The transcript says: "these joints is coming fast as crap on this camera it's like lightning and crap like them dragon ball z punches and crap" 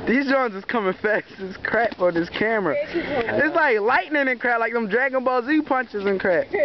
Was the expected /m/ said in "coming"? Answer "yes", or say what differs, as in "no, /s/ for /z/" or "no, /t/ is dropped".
yes